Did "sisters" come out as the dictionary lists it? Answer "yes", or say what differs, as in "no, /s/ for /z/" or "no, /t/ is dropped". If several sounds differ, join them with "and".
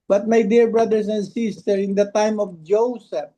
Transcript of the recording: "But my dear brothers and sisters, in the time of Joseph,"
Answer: no, /z/ is dropped